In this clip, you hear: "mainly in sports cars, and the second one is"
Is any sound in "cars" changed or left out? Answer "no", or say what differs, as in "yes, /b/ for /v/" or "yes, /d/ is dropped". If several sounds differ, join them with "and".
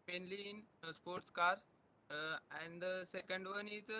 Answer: yes, /z/ is dropped